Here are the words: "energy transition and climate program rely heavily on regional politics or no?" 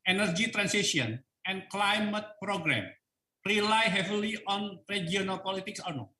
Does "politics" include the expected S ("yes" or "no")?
yes